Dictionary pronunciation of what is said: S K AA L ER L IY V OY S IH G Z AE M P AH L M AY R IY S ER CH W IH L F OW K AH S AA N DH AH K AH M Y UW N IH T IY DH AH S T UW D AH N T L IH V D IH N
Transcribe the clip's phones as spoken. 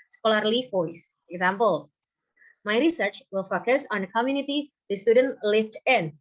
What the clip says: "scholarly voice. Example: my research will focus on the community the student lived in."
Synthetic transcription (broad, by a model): S K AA L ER L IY F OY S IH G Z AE M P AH L M AY R IY S ER CH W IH L F OW K AH S AA N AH K AH M Y UW N IH T IY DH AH S T UW D AH N T L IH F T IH N